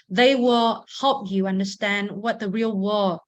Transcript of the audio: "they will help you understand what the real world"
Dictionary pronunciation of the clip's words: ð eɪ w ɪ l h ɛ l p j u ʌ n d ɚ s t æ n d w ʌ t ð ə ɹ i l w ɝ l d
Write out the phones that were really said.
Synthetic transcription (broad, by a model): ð eɪ w ɪ l h ɛ l p j u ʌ n d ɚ s t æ n d w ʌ t ð ə ɹ i l w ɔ